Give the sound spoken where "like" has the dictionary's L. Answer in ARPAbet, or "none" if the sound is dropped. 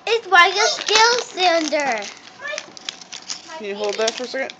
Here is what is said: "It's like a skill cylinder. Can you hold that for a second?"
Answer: W